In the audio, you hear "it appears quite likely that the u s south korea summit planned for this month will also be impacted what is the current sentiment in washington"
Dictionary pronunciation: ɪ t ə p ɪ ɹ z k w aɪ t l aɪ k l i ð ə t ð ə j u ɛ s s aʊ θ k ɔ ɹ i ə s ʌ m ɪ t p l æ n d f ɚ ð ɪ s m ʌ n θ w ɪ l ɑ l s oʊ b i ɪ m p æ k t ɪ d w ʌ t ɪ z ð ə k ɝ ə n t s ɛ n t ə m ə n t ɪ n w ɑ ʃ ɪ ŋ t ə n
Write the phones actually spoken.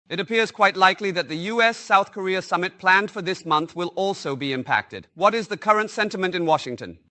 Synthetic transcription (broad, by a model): ɪ t ə p ɪ ɹ z k w aɪ t l aɪ k l i ð ə t ð ə j u ɛ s s aʊ θ k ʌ ɹ i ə s ʌ m ɪ t p l æ n d f ɚ ð ɪ s m ʌ n θ w ɪ l ɑ l s oʊ b i ɪ m p æ k t ɪ d w ʌ t ɪ z ð ə k ɝ ə n t s ɛ n t ə m ə n t ɪ n w ɑ ʃ ɪ ŋ t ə n